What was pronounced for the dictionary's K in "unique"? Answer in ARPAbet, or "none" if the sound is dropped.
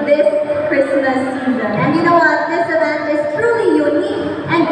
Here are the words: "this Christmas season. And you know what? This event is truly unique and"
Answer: none